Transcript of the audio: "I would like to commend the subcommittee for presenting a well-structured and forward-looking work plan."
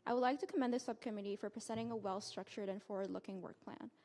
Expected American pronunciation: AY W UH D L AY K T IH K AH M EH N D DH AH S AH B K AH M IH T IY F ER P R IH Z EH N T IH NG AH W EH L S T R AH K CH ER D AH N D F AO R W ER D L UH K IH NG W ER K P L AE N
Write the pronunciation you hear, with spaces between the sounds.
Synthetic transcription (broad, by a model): AY W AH D L AY K T IH K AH M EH N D DH AH S AH B K AH M IH T IY F ER P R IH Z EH T IH NG AH W EH L S T R AH K CH ER D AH N F AO R W ER D L UH K IH NG W ER K P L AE N